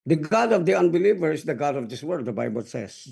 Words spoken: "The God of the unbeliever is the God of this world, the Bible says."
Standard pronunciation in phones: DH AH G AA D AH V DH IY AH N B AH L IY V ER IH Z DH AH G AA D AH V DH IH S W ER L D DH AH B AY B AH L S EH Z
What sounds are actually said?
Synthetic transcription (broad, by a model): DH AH G AA D AH V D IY AH N B AH L IY V ER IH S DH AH G AA D AH V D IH S W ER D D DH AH B AY B AH L S EH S